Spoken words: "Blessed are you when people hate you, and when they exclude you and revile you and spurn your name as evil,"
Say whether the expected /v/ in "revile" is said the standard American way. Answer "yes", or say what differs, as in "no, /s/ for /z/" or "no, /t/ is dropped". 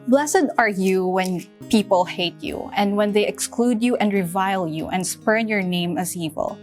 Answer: yes